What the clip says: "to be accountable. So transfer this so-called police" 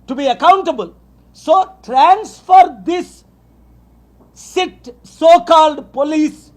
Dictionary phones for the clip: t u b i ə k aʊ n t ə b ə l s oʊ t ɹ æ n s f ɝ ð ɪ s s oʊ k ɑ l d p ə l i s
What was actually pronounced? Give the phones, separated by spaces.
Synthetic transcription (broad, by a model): t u b i ə k aʊ n t ə b ə l s oʊ t ɹ æ n s f ɝ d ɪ s s oʊ k ɑ l d p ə l i s